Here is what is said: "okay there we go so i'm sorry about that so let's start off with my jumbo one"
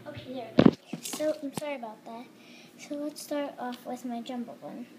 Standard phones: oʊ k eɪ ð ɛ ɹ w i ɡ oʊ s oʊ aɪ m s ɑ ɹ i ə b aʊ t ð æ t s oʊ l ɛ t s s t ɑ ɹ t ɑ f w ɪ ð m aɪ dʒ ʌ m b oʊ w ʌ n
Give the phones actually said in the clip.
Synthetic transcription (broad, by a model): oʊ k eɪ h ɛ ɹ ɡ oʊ s oʊ aɪ m s ɑ ɹ i ə b aʊ t ð æ t s oʊ l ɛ t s s t ɑ ɹ t ɑ f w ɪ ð m aɪ dʒ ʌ m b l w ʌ n